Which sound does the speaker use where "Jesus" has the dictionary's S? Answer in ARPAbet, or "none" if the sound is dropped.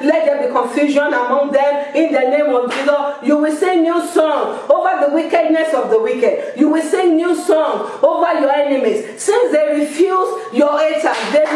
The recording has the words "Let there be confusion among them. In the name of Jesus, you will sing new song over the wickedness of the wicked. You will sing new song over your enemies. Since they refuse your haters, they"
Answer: none